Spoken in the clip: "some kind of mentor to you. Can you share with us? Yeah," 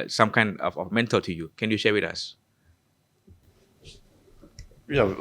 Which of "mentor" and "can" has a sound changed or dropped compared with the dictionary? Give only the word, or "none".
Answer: mentor